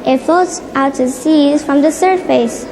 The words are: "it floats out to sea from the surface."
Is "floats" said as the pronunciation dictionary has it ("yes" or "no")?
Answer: no